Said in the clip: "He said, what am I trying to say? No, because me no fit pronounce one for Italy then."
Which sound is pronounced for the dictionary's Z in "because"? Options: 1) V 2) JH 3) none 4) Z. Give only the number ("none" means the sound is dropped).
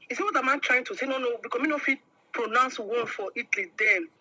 3